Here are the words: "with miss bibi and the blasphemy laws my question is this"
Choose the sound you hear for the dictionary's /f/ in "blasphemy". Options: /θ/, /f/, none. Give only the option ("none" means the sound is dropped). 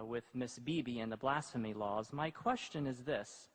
/f/